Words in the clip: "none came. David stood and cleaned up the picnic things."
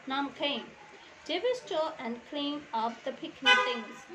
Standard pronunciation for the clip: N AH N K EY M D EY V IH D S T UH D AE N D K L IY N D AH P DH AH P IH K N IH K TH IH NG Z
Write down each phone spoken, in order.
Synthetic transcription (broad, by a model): N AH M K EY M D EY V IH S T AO AE N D K L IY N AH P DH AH P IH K N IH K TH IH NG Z